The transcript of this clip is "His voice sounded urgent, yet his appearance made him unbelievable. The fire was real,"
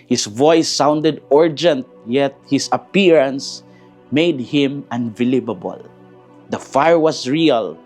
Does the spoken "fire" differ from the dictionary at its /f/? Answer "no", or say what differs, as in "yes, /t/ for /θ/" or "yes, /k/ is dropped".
no